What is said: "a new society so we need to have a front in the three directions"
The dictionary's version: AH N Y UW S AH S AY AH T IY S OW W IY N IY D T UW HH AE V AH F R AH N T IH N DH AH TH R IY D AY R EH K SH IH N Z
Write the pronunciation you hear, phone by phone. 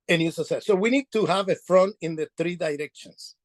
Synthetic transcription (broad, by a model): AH N Y UW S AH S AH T S OW W IY N IY D T UW HH AE V AH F R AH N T IH N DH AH TH R IY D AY R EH K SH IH N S